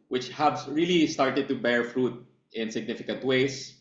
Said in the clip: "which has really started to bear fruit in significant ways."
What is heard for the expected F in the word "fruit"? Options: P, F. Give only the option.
F